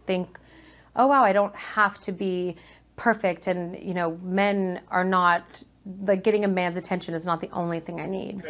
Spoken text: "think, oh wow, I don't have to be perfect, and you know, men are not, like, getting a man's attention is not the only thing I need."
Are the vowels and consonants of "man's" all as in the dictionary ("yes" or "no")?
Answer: yes